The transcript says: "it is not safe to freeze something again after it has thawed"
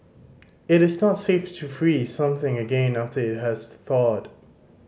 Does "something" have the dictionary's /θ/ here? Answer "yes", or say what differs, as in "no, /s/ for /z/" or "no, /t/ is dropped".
yes